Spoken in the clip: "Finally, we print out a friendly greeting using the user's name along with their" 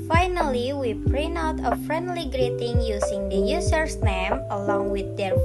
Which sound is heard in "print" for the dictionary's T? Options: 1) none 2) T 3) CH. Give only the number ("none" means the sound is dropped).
1